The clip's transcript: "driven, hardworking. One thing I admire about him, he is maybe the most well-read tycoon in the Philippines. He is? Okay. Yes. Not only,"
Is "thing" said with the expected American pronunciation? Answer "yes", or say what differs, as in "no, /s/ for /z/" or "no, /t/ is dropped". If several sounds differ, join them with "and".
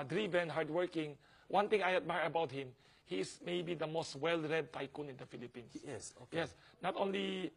no, /t/ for /θ/